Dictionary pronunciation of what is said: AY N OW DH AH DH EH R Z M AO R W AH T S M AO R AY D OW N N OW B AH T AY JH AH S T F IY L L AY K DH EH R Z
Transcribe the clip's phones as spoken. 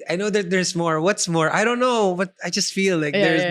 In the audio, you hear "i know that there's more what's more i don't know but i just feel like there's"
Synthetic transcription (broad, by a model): AY N OW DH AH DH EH R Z M AO R W AH T S M AO R AY D OW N N OW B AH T AY JH AH S T F IY L L AY K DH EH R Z